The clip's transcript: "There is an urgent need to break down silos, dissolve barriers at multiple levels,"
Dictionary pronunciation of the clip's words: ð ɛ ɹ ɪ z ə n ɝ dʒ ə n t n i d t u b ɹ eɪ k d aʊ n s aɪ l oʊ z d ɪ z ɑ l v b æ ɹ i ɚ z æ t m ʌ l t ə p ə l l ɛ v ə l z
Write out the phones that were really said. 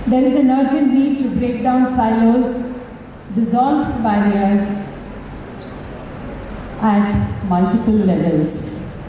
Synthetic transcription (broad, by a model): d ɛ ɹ ɪ z ə n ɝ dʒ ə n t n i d t u b ɹ eɪ k d aʊ n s aɪ l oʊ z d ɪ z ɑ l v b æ ɹ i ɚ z æ t m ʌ l t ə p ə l l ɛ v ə l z